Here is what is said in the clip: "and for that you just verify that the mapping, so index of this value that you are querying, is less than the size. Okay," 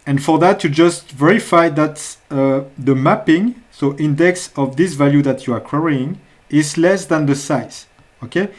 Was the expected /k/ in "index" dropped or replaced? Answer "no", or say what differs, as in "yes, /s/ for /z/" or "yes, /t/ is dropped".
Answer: no